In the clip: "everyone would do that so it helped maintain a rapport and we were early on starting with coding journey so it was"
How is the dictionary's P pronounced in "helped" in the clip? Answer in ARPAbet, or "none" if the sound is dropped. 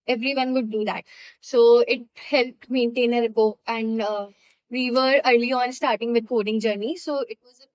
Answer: P